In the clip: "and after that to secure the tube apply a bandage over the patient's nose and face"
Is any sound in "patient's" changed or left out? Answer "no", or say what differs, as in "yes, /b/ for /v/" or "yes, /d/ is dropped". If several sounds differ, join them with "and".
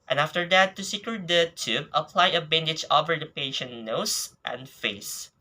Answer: yes, /s/ is dropped